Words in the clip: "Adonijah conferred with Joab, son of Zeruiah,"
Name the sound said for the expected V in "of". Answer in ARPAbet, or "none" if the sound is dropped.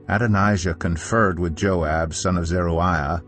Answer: V